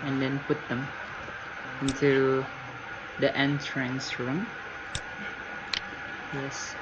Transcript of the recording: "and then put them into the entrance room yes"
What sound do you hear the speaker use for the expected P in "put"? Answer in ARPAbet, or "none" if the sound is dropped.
P